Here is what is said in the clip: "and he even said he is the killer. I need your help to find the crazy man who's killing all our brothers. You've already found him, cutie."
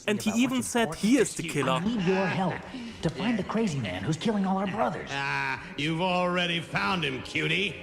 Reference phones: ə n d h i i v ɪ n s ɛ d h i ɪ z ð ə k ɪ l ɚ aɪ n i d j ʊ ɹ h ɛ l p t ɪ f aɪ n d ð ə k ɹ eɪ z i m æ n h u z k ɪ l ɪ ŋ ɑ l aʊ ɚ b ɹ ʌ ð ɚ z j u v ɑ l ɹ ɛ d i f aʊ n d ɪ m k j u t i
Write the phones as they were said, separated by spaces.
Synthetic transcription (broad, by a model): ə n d h i i v ɪ n s ɛ d h i ɪ z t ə k ɪ l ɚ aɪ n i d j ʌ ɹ h ɛ l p t ɪ f aɪ n ð ə k ɹ eɪ z i m æ n h u z k ɪ l ɪ ŋ ɑ l aʊ ɚ b ɹ ʌ ð ɚ z j u v l ɹ ɛ d i f aʊ n d ɪ m k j u t i